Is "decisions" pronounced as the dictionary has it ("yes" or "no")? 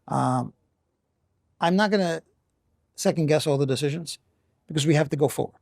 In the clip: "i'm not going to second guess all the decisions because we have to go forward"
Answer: yes